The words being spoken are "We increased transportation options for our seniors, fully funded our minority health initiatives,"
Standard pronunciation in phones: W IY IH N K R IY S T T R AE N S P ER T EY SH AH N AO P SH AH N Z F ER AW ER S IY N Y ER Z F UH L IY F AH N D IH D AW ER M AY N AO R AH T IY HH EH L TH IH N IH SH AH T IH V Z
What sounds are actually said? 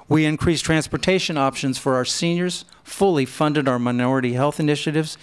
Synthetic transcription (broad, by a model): W IY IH N K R IY S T T R AE N S P ER T EY SH AH N AO P SH AH N Z F ER AW ER S IY N Y ER Z F UH L IY F AH N D IH D AW ER M AY N AO R AH T IY HH EH L TH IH N IH SH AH T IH V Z